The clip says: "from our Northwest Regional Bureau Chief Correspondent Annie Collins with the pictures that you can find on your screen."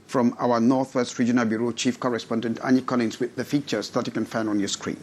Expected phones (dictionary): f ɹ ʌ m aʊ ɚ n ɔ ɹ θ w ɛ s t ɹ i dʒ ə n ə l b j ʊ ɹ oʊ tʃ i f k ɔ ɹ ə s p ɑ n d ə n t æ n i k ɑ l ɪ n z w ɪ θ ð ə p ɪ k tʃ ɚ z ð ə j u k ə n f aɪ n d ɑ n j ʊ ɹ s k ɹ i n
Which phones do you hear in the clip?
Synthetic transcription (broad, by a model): f ɹ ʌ m aʊ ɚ n ɔ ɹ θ w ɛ s t ɹ i dʒ ə n ə l b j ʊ ɹ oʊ tʃ i f k ɔ ɹ ə s p ɑ n d ə n t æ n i k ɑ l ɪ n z w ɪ ð ə f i tʃ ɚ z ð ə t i k ə n f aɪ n ɑ n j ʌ s k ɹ i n